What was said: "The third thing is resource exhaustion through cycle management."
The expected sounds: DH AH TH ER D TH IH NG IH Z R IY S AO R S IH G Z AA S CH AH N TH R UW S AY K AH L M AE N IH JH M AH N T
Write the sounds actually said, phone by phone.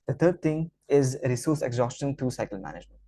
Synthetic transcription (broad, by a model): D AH T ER D T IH NG IH Z R IY S AO R S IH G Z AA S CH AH N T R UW S AY K AH L M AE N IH JH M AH N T